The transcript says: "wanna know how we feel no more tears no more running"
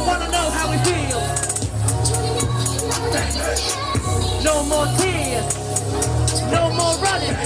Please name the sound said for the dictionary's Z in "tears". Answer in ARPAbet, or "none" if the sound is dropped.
none